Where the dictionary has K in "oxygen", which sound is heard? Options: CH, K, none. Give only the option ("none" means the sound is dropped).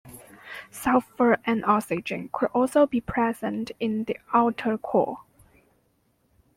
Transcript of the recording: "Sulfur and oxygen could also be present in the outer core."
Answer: none